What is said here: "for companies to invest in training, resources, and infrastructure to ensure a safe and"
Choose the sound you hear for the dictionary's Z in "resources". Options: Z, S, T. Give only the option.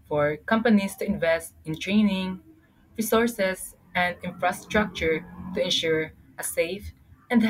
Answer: S